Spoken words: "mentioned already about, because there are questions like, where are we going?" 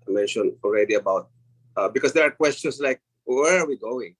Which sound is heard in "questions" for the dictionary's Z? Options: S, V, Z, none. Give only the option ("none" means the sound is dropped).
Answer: S